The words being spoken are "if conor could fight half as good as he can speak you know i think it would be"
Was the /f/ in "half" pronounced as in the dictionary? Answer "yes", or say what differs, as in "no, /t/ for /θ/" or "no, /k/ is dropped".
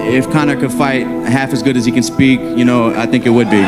yes